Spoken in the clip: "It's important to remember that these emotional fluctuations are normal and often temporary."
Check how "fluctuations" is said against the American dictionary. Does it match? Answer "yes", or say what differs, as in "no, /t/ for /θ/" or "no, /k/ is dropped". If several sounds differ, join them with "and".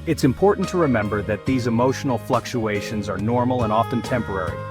yes